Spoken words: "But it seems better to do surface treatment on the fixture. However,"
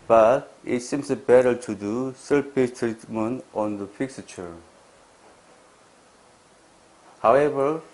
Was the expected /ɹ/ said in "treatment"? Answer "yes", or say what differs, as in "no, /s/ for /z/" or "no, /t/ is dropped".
yes